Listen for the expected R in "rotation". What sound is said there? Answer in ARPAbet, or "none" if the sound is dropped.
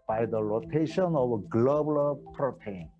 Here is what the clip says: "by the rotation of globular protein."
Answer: L